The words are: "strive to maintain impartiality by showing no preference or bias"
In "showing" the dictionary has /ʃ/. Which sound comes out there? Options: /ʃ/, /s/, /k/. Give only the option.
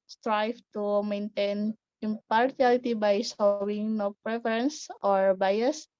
/s/